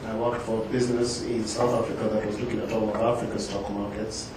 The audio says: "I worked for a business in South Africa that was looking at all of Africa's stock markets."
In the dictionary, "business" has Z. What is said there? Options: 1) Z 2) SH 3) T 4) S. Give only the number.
1